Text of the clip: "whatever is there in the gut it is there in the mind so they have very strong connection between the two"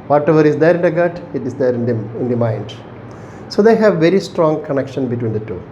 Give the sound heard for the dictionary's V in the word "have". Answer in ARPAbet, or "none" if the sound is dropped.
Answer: V